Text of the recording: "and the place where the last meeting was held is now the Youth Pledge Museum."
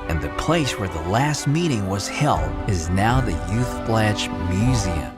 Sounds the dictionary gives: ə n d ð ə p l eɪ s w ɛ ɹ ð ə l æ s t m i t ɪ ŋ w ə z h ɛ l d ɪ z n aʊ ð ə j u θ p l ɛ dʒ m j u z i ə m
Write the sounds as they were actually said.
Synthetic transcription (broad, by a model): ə n ð ə p l eɪ s w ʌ ɹ ð ə l æ s t m i t ɪ ŋ w ə z h ɛ l d ɪ z n aʊ ð ə j u θ b l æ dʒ m j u z i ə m